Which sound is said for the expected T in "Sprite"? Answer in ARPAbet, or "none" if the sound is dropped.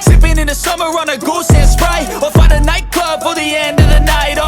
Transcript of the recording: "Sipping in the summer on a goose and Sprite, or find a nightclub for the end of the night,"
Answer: none